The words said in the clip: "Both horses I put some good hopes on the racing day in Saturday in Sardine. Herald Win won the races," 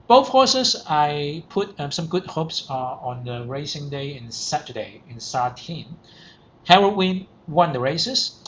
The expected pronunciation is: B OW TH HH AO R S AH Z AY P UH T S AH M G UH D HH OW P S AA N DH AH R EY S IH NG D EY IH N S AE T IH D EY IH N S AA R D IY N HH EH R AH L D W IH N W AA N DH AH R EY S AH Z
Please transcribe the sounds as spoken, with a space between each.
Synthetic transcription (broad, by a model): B OW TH HH AO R S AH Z AY P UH T S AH M G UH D HH OW P S AA N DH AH R EY S IH NG D EY IH N S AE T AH D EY IH N S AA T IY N HH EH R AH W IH N W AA N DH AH R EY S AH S